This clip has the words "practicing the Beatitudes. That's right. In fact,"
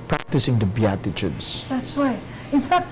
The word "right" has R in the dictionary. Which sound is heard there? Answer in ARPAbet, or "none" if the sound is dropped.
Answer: W